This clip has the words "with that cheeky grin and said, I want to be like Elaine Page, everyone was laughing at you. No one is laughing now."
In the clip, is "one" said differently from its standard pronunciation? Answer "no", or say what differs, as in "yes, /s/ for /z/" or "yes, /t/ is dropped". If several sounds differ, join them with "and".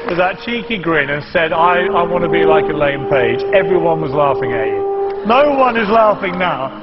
no